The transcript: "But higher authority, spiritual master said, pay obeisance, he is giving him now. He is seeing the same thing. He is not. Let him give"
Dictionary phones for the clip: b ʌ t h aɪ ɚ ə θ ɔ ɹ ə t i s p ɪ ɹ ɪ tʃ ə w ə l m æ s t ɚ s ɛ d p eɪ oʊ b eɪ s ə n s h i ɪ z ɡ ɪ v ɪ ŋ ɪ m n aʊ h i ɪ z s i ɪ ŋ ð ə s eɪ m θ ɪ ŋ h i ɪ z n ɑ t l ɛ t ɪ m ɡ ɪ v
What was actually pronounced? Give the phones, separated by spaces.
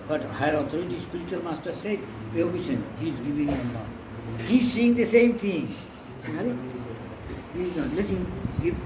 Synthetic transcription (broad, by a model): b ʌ t h aɪ ɚ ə t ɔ ɹ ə t i s p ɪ ɹ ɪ tʃ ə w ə l m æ s t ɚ s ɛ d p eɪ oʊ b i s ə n h i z ɡ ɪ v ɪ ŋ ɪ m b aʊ h i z s i ɪ ŋ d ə s eɪ m t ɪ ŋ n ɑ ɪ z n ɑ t l ɛ t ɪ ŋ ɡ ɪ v